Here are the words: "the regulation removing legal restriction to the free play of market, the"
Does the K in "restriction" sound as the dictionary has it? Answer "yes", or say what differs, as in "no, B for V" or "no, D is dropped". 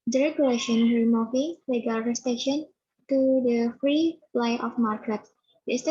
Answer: no, K is dropped